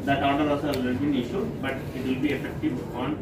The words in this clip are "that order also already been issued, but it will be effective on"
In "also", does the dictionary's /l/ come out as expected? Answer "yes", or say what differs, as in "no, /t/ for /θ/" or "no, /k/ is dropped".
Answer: no, /l/ is dropped